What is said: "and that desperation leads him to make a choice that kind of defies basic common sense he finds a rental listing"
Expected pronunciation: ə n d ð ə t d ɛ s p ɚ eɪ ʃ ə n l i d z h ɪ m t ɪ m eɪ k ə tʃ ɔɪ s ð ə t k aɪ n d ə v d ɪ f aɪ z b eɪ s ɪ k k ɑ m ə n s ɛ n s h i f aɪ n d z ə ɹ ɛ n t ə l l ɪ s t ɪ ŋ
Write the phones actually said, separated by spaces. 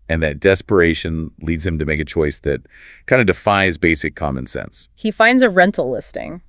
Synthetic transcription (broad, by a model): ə n ð ə t d ɛ s p ɚ eɪ ʃ ə n l i d z h ɪ m t ɪ m eɪ k ə tʃ ɔɪ s ð ə t k aɪ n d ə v d ɪ f aɪ z b eɪ s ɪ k k ɑ m ə n s ɛ n s h i f aɪ n d z ə ɹ ɛ n t l l ɪ s t ɪ ŋ